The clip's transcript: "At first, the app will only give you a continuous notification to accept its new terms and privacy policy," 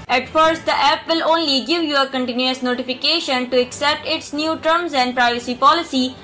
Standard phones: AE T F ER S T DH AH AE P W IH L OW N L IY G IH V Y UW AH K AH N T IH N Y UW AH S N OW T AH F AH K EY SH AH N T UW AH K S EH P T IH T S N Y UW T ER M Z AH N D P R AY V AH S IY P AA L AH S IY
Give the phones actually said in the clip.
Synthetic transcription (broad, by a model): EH T F ER S T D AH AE P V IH L OW N L IY G IH V Y UW AH K AH N T IH N Y UW AH S N OW T AH F AH K EY SH AH N T UW AH K S EH P T IH T S N Y UW T ER M Z AH N D P R AY V AH S IY P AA L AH S IY